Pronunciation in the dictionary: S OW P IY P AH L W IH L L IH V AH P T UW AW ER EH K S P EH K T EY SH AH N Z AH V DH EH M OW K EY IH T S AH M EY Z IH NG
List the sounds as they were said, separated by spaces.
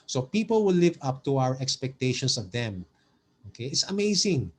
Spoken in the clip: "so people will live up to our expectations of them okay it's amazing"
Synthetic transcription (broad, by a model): S OW P IY P AH L W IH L L IH V AH P T UW AW ER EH K S P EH K T EY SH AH N S AH V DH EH M OW K EY IH T S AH M EY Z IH NG